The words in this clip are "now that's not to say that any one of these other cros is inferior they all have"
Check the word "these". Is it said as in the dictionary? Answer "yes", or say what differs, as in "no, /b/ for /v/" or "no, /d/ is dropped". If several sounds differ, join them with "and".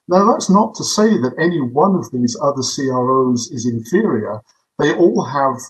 yes